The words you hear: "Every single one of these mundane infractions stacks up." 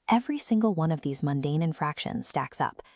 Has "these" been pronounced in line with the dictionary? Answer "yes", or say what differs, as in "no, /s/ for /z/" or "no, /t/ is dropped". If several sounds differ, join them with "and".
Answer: yes